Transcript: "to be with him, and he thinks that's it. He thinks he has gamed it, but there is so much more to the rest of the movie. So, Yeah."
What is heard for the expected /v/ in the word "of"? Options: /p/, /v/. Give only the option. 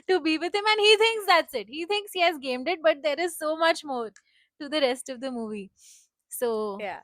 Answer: /v/